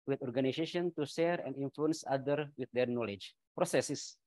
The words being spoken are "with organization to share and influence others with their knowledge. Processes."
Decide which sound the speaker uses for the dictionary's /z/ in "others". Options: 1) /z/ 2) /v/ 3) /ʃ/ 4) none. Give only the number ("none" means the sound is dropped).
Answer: 4